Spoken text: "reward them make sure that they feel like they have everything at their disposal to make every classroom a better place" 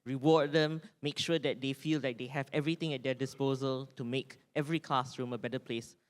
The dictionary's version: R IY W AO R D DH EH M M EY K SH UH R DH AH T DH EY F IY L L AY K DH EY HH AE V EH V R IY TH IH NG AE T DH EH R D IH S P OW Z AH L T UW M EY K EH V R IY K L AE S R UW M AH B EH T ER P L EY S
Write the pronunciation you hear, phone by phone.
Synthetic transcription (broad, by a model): R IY W AO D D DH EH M M EY K SH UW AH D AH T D EY F IY L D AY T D EY HH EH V EH V R IY T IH NG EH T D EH D IH S P OW Z AH L T UW M EY K EH V R IY K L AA S R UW M AH B EH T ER P L EY S